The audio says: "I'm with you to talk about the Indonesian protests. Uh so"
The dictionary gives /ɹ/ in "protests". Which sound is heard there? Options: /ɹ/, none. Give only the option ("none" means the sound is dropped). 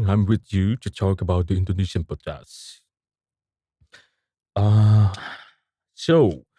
none